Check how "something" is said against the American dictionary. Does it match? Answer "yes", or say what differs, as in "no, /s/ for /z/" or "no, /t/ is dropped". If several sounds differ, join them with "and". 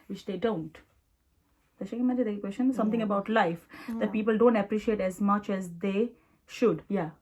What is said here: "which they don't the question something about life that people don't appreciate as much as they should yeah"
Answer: no, /t/ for /θ/